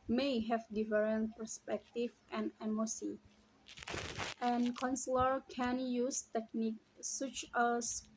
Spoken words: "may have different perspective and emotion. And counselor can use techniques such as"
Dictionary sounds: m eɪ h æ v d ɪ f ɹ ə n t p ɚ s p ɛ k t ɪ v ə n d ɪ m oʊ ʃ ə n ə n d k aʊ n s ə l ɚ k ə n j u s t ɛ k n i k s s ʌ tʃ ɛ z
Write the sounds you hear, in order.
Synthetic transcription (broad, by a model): m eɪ h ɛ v d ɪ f ɹ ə n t p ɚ s p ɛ k t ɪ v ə n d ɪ m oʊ s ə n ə n k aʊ n s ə l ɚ k ə n j u s t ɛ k n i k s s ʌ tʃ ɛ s